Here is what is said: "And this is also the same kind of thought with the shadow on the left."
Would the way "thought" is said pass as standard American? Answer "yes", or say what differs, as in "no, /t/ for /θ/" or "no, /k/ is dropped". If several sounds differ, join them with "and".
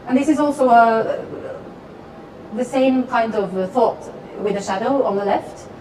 yes